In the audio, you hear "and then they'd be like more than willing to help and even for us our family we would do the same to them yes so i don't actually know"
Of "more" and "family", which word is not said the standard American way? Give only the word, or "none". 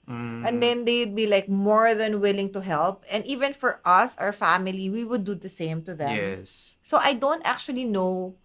none